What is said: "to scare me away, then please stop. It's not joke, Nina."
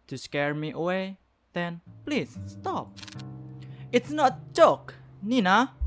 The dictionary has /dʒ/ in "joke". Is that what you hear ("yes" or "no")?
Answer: no